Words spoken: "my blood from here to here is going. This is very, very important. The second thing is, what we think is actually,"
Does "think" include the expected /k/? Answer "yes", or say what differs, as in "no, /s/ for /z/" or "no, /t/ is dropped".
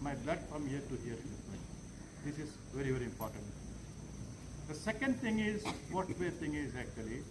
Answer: no, /k/ is dropped